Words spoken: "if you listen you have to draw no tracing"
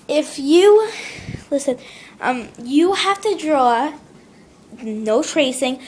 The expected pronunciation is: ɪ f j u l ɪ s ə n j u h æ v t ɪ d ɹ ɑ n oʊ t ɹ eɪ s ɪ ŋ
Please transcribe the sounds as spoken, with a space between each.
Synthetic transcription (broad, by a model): ɪ f j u l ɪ s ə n j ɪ h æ f t ɪ d ɹ ɑ n oʊ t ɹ eɪ s ɪ ŋ